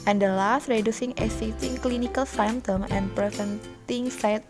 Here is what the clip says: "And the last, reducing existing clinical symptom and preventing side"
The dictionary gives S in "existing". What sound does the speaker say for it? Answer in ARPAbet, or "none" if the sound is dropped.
none